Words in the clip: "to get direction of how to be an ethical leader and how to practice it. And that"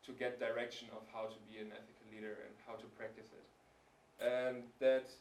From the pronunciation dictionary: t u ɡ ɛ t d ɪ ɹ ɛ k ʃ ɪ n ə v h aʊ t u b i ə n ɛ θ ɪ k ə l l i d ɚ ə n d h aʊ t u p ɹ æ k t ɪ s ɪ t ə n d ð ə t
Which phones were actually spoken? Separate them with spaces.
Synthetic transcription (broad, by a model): t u ɡ ɛ t d ɪ ɹ ɛ k ʃ ɪ n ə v h aʊ t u b i ə n ɛ θ ɪ k ə l l i d ɚ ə n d h aʊ t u p ɹ æ k t ɪ s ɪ t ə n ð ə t